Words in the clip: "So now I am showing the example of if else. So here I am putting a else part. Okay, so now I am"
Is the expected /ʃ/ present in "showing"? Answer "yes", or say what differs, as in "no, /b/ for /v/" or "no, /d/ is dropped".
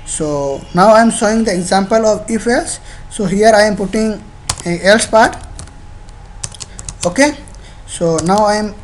no, /s/ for /ʃ/